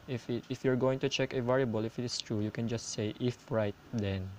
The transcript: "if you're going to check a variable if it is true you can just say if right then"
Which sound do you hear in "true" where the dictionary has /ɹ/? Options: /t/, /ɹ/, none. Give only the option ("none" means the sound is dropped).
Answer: /ɹ/